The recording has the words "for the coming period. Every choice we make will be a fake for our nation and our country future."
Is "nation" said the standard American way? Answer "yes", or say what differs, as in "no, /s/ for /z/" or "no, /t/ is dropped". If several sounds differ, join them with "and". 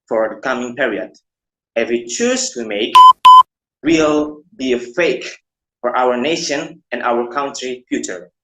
yes